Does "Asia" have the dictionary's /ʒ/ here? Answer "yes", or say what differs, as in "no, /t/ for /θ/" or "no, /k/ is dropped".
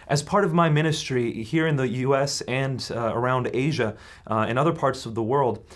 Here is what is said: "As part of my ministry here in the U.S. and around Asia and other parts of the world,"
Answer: yes